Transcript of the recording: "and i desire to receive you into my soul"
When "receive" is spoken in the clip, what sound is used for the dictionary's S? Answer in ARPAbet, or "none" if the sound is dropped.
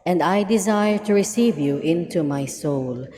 S